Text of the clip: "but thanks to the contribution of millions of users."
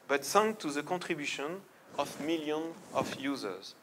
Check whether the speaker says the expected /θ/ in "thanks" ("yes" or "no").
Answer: no